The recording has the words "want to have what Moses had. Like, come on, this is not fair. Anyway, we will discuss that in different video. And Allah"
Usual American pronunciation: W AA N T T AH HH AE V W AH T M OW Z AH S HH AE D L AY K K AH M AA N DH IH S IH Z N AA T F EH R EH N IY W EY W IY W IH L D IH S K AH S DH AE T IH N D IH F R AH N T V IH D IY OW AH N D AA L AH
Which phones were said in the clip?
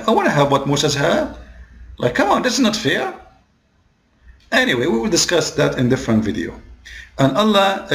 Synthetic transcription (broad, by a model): W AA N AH HH AE V W AH T M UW S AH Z HH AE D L AY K K AH M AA N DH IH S IH Z N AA T F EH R EH N IY W EY W IY W IH L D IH S K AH S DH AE T IH N D IH F R AH N T V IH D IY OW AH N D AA L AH